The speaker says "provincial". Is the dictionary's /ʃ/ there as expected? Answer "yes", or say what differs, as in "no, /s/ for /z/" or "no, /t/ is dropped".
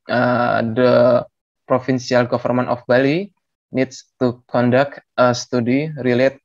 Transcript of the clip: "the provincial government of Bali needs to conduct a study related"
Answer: no, /s/ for /ʃ/